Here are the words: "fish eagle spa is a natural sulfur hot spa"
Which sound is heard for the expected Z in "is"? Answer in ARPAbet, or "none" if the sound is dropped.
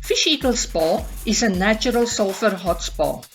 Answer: S